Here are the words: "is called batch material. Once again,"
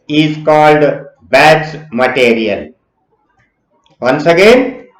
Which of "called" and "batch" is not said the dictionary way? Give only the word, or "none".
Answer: batch